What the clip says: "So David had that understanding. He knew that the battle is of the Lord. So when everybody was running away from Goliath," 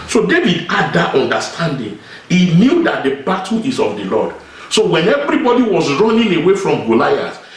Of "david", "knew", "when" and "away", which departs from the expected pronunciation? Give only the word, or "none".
none